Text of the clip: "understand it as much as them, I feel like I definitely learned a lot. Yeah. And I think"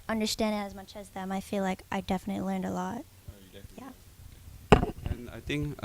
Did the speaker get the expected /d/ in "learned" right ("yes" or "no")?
yes